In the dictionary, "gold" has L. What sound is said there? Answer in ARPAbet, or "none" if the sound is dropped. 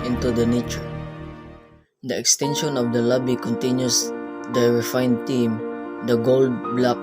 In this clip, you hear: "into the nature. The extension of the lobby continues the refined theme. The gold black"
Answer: L